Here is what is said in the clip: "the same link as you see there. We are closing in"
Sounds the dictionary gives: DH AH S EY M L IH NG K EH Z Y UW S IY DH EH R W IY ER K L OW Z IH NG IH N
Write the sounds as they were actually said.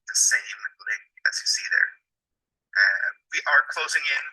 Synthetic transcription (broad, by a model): DH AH S EY M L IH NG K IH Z Y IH S IY DH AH R W IY ER K L OW Z IH NG IH N